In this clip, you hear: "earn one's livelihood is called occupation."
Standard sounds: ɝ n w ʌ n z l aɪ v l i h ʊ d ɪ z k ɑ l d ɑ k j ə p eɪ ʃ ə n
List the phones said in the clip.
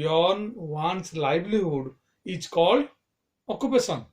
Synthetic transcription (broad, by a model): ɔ n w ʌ n s l aɪ b l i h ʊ d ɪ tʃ k ɑ l d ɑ k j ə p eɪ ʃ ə n